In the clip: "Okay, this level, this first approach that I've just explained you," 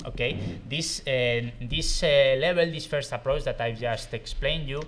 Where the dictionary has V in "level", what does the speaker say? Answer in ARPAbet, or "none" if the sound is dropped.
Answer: B